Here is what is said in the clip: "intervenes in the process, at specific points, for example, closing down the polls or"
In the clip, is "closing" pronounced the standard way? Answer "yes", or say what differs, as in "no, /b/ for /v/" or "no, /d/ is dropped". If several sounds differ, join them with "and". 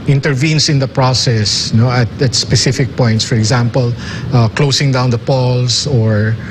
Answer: no, /s/ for /z/